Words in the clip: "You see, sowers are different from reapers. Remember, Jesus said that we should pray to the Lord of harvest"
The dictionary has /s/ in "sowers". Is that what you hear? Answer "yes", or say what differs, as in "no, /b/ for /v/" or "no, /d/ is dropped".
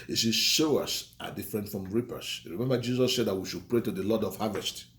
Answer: no, /ʃ/ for /s/